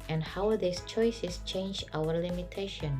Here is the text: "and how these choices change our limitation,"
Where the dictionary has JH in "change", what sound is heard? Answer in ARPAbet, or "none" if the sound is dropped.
JH